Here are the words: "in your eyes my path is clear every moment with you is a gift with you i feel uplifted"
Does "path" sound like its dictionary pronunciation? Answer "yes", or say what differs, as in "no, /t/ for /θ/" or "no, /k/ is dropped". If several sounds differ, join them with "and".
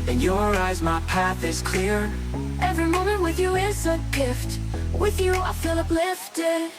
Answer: yes